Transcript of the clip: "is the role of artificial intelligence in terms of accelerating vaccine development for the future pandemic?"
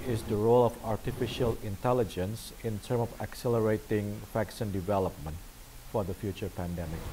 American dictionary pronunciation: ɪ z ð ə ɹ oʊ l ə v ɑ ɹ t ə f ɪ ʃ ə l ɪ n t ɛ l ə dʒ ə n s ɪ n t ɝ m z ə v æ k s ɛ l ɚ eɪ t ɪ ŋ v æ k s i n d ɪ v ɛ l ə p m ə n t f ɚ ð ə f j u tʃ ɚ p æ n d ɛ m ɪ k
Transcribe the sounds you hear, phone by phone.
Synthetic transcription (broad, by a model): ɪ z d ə ɹ oʊ l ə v ɑ ɹ t ə f ɪ ʃ ə l ɪ n t ɛ l ə dʒ ə n s ɪ n t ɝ m ə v æ k s ɛ l ɚ eɪ t ɪ ŋ f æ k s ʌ n d ɪ v ɛ l ə p m ə n t f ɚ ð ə f j u tʃ ɚ p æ n d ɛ m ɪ k